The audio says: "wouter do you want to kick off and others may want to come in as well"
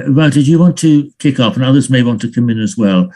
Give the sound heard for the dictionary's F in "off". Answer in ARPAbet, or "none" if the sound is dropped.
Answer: P